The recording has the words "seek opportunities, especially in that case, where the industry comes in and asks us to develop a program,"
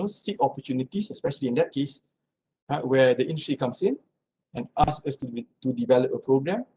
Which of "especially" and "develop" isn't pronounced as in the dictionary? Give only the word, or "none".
none